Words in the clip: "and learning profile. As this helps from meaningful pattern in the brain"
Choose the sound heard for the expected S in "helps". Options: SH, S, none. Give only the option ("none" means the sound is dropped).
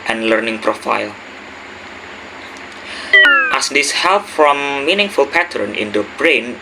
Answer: none